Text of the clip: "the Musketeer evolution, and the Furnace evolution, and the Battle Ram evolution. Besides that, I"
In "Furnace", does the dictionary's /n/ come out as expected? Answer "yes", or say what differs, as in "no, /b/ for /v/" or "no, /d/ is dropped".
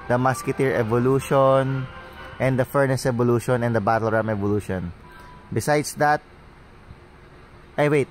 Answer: yes